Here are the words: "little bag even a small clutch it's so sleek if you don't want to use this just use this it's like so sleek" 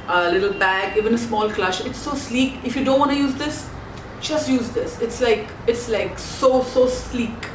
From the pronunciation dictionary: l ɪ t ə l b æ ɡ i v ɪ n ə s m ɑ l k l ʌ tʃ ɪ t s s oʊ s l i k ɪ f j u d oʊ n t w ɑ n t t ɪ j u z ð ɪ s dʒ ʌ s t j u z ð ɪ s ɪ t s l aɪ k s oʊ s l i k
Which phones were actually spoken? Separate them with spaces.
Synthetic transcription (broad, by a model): l ɪ t l b æ ɡ i v ɪ n ə s m ɑ l k l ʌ ʃ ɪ t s s oʊ s l i k ɪ f j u d oʊ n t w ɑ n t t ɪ j u z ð ɪ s dʒ ʌ s t j u z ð ɪ s ɪ t s l aɪ k s oʊ s l i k